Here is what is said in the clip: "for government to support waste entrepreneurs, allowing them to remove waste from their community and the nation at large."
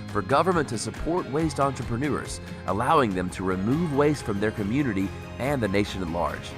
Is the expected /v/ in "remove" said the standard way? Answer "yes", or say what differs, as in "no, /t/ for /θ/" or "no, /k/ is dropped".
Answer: yes